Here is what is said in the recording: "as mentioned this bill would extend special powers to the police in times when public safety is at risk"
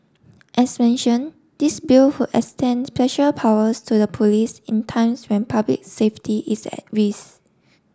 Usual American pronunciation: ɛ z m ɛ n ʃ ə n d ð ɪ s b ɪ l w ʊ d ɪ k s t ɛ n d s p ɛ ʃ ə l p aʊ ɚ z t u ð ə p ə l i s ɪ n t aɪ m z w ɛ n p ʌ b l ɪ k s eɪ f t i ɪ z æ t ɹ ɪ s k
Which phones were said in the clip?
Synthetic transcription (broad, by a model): ɛ s m ɛ n ʃ ə n d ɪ s b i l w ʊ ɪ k s t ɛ n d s p ɛ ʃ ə p aʊ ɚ s t u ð ə p ə l i s ɪ n t aɪ m s w ɛ n p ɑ b l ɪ k s eɪ f t i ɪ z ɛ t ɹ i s